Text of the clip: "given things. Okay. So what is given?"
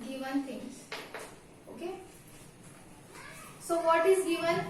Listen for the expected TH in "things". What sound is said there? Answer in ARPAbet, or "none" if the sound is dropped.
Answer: T